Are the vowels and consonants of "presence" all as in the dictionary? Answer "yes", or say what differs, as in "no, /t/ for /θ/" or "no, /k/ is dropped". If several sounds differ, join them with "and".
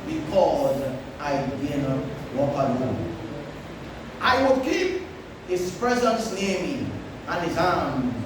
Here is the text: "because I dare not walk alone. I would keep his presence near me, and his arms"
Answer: yes